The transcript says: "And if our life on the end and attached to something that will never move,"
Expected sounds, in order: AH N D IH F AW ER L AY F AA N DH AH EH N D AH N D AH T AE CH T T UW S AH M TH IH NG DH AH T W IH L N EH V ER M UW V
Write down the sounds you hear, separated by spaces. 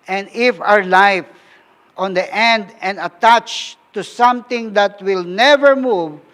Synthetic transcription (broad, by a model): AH N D IH F AW ER L AY F AA N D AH EH N D AH N D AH T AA CH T T UW S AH M T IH NG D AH T W IH L N EH V ER M UW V